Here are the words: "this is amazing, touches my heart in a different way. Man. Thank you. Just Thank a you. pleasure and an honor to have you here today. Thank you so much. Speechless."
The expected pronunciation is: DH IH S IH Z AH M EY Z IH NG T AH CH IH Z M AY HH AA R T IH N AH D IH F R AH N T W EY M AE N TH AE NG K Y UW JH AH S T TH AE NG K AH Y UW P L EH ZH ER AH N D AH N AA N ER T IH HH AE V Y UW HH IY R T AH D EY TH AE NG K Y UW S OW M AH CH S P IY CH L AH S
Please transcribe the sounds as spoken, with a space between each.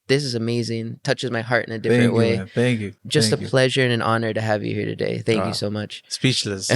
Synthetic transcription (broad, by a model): DH IH S IH Z AH M EY Z IH NG T AH CH IH Z M AY HH AA R T IH N AH D IH F R AH N T W EY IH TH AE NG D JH AH S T AH P L EH ZH ER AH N AH N AA N ER T IH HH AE V Y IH HH IY R T AH D EY TH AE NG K Y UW S OW M AH CH S P IY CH L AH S